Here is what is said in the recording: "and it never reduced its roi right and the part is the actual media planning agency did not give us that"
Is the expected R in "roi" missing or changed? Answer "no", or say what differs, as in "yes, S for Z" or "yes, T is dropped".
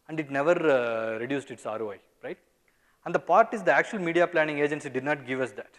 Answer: no